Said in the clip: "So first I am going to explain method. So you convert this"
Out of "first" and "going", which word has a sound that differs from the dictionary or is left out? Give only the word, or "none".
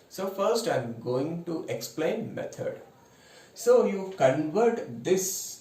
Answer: none